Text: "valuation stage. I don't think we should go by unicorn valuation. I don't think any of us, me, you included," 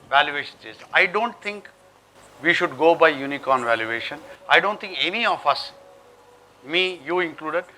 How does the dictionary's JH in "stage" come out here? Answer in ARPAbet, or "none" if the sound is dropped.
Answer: Z